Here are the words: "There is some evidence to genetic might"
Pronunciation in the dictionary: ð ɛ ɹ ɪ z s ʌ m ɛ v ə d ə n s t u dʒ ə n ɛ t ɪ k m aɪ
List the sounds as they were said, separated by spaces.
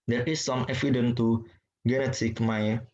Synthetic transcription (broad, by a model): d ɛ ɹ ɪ s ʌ m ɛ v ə d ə n t u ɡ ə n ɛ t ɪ k m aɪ